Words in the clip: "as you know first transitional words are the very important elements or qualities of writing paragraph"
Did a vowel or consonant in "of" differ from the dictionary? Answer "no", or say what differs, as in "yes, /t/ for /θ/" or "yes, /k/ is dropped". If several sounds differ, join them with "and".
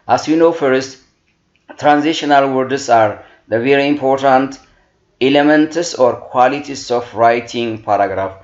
yes, /f/ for /v/